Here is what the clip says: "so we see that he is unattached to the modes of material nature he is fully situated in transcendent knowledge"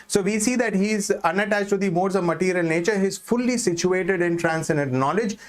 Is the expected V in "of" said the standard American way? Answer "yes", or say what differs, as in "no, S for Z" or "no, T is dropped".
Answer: yes